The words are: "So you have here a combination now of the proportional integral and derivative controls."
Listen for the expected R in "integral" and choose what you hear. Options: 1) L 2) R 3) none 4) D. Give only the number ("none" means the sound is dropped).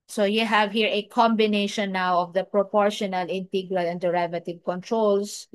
2